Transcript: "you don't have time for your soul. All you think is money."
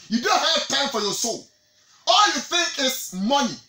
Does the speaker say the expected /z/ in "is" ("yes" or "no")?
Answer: no